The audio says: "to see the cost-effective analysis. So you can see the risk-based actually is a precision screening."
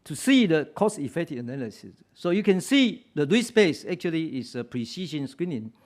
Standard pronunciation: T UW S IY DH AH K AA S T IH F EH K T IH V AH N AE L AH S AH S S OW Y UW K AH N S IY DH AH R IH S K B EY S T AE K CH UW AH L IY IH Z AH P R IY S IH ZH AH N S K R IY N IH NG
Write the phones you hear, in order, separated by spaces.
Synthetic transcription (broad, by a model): T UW S IY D AH K AA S IH F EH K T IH AH N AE L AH S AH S S OW Y UW K AH N S IY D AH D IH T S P EY S EH K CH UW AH L IY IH S AH P R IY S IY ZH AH N S K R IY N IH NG